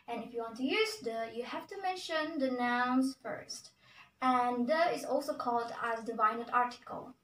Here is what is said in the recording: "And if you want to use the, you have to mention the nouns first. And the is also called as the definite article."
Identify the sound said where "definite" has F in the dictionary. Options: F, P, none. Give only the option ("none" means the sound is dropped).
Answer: none